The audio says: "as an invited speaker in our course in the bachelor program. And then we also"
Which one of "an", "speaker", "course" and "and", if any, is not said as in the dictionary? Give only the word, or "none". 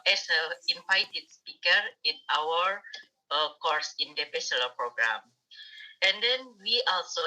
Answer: an